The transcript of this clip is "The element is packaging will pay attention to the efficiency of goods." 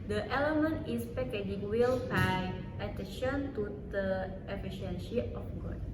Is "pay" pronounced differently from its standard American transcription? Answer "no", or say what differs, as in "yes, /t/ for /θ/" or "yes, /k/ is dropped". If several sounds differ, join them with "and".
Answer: yes, /b/ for /p/